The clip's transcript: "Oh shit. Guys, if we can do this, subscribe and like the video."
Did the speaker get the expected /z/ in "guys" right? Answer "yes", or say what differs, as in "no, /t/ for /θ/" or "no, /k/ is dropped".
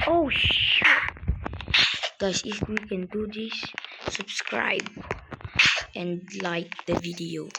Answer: no, /s/ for /z/